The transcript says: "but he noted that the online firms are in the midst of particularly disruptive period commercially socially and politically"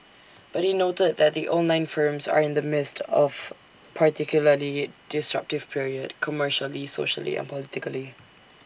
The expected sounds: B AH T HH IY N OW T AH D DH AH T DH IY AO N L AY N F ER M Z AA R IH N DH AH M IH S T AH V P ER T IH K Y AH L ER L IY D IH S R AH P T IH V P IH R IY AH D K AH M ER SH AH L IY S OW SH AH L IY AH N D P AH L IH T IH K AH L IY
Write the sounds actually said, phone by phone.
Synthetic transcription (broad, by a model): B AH T HH IY N OW T AH D DH AH T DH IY AO N L AY N F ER M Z AA R IH N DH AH M IH S T AH V P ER T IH K Y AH L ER L IY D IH S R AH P T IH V P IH R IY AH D K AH M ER SH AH L IY S OW SH AH L IY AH N P AH L IH T IH K AH L IY